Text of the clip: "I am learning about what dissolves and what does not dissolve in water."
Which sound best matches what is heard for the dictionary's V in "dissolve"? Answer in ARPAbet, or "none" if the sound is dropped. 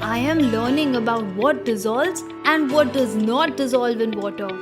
V